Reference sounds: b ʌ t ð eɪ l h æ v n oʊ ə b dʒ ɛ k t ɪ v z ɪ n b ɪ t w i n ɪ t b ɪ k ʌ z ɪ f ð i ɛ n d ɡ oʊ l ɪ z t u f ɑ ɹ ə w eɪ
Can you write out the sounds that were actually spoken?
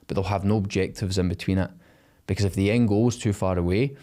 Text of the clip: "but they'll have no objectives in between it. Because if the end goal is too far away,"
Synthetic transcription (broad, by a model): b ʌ t ð eɪ l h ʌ v n oʊ ə b dʒ ɛ k t ɪ v z ɪ n b ɪ t w i n ɪ t b ɪ k ʌ z ɪ f ð i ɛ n ɡ oʊ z t u f ɑ ɹ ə w eɪ